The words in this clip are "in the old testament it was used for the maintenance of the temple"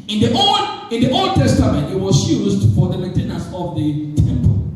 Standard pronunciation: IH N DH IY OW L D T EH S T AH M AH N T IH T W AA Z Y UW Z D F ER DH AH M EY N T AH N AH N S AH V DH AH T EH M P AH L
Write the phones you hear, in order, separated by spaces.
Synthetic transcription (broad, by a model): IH N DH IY OW L D T EH S T AH M AH N T IH T W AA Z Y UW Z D F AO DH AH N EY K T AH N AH S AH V DH AH T EH M P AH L